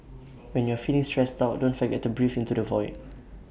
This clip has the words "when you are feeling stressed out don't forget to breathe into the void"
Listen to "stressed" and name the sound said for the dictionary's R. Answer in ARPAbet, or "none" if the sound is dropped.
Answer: R